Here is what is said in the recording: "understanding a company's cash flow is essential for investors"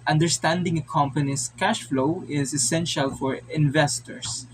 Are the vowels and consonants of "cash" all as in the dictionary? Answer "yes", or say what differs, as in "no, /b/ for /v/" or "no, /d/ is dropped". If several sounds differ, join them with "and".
yes